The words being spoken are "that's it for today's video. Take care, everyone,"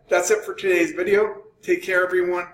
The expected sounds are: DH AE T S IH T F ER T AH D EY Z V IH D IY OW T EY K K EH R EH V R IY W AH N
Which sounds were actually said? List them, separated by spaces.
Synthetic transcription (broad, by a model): DH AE T S IH T F ER T AH D EY Z V IH D IY OW T EY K K EH R EH V R IY W AH N